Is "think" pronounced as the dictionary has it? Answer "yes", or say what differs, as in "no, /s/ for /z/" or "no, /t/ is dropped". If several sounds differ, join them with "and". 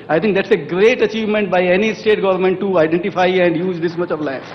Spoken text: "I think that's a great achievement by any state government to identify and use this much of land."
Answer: no, /t/ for /θ/